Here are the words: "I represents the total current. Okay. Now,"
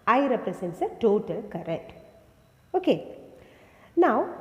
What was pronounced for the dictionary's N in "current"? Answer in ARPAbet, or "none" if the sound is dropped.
none